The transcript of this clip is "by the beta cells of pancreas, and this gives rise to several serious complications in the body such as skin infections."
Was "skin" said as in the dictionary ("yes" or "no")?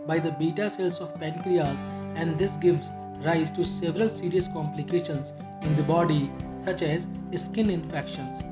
yes